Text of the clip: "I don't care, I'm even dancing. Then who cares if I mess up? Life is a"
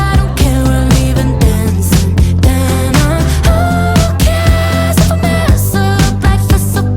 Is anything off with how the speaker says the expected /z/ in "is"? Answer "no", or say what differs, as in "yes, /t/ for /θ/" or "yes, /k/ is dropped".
yes, /s/ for /z/